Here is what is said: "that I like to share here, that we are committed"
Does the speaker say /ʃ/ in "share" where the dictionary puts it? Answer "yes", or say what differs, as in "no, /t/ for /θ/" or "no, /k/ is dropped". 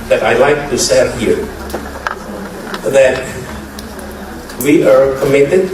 no, /s/ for /ʃ/